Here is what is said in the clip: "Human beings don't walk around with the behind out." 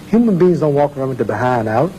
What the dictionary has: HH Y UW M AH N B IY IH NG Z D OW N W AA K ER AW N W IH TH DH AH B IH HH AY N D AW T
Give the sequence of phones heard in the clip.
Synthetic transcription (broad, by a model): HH Y UW M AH N B IY IH NG Z D OW N W AA K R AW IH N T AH B IH HH AY N D AW T